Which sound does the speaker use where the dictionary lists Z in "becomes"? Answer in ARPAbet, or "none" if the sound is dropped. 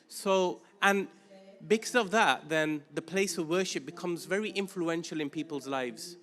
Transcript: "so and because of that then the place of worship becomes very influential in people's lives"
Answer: Z